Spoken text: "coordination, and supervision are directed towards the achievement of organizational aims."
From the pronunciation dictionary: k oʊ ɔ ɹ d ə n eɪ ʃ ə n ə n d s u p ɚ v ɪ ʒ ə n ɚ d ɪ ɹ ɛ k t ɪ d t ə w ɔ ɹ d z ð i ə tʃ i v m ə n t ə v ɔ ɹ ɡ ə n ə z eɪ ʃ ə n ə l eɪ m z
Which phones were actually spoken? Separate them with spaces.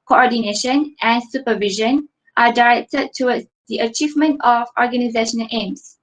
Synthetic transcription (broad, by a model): k oʊ ɔ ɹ d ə n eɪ ʃ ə n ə n s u p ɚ v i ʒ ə n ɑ d ɪ ɹ ɛ k t ɪ d t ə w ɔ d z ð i ə tʃ i v m ə n t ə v ɔ ɹ ɡ ə n ə z eɪ ʃ ə n ə l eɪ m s